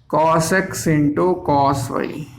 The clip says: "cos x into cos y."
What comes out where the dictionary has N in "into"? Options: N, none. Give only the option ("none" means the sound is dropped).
N